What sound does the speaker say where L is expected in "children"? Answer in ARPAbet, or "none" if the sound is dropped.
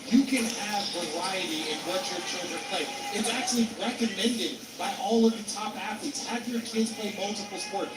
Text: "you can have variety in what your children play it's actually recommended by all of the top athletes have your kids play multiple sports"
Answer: none